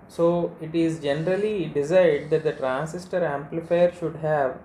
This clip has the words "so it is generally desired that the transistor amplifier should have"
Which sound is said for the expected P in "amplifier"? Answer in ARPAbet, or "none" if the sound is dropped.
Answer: P